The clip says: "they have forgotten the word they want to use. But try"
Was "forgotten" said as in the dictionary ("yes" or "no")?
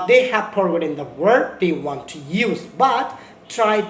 no